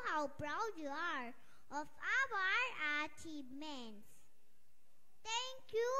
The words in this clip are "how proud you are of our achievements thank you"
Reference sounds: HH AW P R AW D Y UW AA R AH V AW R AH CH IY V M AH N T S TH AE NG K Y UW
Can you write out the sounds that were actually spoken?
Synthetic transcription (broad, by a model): HH AW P R AW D Y UW AA R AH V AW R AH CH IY M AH N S T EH NG K Y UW